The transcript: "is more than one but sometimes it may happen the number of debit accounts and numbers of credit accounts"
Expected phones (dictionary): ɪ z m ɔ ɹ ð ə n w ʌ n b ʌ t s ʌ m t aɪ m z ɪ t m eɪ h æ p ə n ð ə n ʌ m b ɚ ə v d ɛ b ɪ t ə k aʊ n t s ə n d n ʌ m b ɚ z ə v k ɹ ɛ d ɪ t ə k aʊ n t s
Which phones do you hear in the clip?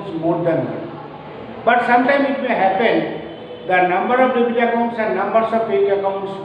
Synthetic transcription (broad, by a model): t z m ɔ ɹ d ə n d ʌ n b ʌ t s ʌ m t aɪ m ɪ t m eɪ h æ p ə n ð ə n ʌ m b ɚ ə v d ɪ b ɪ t ə k aʊ n t s ə n d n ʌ m b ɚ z ə v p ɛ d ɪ ə k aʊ n t s